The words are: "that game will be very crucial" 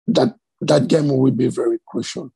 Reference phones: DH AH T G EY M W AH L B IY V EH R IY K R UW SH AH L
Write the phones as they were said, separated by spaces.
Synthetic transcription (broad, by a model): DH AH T G EY M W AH W B IY V EH R IY K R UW SH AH L